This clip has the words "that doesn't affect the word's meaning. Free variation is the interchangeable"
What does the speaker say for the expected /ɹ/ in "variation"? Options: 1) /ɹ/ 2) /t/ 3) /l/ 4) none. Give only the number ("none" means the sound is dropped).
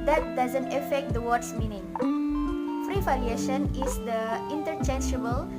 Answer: 3